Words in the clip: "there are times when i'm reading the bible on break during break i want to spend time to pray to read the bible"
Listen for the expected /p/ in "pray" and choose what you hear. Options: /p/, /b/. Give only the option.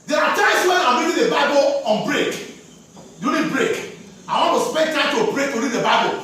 /b/